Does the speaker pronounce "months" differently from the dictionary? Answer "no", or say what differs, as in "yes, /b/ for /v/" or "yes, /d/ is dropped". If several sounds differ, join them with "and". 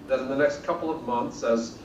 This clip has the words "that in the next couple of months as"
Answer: no